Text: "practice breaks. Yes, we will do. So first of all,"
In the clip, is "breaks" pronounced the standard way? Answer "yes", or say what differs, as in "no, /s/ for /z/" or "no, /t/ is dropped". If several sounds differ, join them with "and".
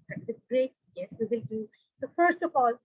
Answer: no, /s/ is dropped